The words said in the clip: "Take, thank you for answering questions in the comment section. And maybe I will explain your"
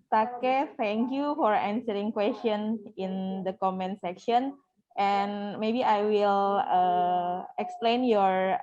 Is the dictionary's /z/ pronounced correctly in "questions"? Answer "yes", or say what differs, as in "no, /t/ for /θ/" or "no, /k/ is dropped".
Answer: no, /z/ is dropped